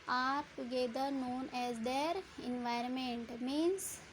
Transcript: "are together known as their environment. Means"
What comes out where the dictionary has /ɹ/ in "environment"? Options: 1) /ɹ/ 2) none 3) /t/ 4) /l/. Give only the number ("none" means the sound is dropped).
1